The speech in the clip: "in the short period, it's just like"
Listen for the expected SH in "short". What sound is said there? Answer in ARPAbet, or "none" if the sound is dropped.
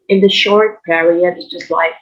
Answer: SH